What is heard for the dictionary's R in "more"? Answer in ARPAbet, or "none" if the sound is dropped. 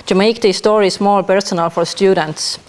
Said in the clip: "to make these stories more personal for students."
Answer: L